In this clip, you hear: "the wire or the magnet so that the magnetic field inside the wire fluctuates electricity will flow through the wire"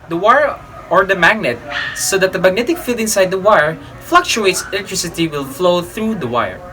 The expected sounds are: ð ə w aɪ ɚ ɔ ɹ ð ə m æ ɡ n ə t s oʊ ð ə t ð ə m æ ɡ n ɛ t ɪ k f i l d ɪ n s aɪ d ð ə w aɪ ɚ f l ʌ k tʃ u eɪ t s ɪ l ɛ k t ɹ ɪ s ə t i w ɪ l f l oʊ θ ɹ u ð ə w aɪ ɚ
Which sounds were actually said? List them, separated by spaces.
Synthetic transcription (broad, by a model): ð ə w aɪ ɚ ɔ ɹ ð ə m æ ɡ n ə t s oʊ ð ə t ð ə m æ ɡ n ɛ t ɪ k f i l d ɪ n s aɪ d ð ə w aɪ ɚ f l ʌ k tʃ u eɪ t s ɪ l ɛ k t ɹ ɪ s ə t i w ɪ l f l oʊ θ ɹ u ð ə w aɪ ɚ